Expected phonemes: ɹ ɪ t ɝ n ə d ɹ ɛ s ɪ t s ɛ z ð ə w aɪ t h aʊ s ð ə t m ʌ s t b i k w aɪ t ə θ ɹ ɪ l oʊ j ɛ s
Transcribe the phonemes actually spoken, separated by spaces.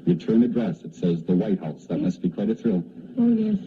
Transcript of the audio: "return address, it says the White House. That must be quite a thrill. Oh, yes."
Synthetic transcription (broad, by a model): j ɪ t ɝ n ə d ɹ ɛ s ɪ t s ɛ z ð ə w aɪ t h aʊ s ð ə t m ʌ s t b i k w aɪ t ə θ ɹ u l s